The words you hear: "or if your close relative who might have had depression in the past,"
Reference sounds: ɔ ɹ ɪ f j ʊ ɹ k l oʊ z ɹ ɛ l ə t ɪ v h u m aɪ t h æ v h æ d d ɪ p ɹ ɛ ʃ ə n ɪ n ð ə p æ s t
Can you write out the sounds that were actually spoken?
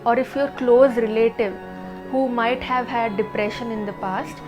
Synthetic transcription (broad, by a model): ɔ ɹ ɪ f j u ɹ k l oʊ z ɹ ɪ l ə t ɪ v h u m aɪ t h æ v h æ d d ɪ p ɹ ɛ ʃ ə n ɪ n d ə p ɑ s t